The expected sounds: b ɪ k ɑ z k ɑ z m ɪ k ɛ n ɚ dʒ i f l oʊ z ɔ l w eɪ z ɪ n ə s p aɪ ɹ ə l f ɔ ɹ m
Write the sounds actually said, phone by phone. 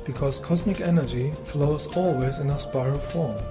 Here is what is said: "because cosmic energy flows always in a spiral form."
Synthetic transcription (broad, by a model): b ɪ k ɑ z k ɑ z m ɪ k ɛ n ɚ dʒ i f l oʊ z ɔ l w eɪ z ɪ n ə s p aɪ ɹ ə f ɔ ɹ m